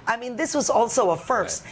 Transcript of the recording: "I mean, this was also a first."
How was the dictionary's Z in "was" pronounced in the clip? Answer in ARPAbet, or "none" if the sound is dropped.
Z